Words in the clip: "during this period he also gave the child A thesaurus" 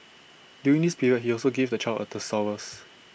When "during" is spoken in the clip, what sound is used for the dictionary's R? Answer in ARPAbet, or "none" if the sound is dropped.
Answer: none